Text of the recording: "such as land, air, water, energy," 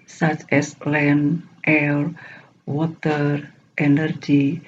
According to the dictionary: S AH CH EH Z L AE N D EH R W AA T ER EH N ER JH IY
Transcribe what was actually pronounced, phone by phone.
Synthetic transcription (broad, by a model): S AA CH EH S L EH N EH L W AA T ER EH N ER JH IY